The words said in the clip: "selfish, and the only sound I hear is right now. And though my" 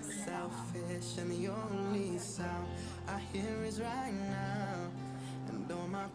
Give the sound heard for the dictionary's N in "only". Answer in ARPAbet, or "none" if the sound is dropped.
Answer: none